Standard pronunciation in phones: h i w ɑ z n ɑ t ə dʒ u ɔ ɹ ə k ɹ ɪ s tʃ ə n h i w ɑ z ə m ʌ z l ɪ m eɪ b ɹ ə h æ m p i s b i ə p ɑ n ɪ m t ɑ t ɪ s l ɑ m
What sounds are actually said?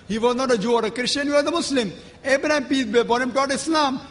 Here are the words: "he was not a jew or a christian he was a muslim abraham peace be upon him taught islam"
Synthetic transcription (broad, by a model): h i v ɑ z n ɑ t ə dʒ u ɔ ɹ ə k ɹ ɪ ʃ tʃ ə n h i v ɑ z ə m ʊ s l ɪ m eɪ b ɹ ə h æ m p i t b i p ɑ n ɪ m t ɑ t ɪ s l ɑ m